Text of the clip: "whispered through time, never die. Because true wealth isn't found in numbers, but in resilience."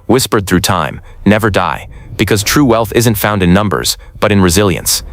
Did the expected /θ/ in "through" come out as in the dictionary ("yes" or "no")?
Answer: yes